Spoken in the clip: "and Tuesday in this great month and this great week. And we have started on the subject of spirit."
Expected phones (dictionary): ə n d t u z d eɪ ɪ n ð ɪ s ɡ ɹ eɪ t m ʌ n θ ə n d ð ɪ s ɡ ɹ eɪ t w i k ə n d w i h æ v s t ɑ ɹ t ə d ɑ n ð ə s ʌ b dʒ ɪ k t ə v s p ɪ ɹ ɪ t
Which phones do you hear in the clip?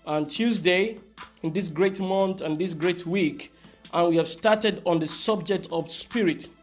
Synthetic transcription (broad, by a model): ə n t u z d eɪ ɪ n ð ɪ s ɡ ɹ eɪ t m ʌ n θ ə n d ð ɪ s ɡ ɹ eɪ t w i k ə n w i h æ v s t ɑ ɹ t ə d ɑ n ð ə s ʌ b dʒ ɪ k t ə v s p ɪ ɹ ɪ t